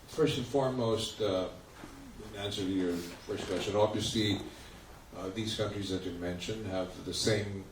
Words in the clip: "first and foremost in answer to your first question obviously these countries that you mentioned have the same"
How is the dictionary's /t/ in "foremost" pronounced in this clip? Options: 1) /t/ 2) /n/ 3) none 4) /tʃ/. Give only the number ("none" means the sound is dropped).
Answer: 1